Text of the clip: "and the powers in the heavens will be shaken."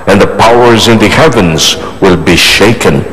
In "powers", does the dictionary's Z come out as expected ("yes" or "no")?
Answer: yes